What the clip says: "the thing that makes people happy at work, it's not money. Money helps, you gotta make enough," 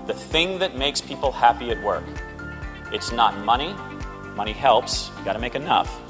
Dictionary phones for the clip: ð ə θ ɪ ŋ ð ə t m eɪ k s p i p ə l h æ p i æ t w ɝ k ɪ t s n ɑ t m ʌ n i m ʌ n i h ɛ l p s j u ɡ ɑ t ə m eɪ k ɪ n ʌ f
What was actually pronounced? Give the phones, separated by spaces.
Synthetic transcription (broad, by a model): ð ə θ ɪ ŋ ð ə t m eɪ k s p i p l h æ p i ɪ t w ɝ k ɪ t s n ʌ t m ʌ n i m ʌ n i h ɛ l p s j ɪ ɡ ɑ t ə m eɪ k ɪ n ʌ f